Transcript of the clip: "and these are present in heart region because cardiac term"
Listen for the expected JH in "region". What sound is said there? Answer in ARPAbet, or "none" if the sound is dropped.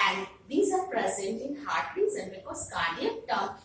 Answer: Z